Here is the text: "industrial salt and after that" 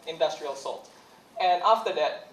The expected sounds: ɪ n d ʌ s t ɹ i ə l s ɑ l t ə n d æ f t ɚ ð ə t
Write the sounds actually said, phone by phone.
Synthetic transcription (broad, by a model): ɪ n d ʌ s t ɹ i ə l s ɑ l t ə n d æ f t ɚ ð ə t